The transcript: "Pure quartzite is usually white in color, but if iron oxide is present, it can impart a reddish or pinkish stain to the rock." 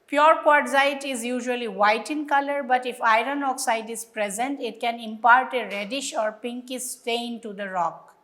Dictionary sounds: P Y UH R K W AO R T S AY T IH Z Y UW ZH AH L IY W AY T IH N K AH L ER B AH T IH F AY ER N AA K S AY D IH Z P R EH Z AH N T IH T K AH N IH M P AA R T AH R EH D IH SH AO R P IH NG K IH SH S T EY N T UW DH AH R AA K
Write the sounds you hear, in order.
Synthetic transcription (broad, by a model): P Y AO R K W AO R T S AY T IH Z Y UW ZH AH L IY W AY T IH N K AH L ER B AH T IH F AY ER N AA K S AY D IH Z P R EH Z AH N T IH T K AH N IH M P AA R T AH R EH D IH SH AO R P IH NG K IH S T EY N T UW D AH R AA K